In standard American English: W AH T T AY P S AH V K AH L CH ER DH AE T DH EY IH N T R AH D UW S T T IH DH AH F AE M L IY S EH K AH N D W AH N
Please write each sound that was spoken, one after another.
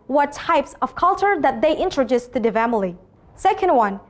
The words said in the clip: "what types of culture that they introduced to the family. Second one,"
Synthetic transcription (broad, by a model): W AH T T AY P S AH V K AH L CH ER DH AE T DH EY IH N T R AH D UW S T T IH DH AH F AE M L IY S EH K AH N D W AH N